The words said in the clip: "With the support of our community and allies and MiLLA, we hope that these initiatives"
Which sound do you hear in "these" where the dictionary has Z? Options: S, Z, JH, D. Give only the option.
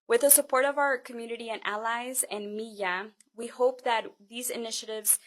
Z